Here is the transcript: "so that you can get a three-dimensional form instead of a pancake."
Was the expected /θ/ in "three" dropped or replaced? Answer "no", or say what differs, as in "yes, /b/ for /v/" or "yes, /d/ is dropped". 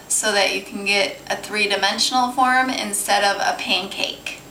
no